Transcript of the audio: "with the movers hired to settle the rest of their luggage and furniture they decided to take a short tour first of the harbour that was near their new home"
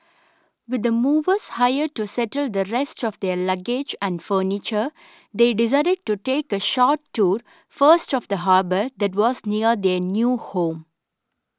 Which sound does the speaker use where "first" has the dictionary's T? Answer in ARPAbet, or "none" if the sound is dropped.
T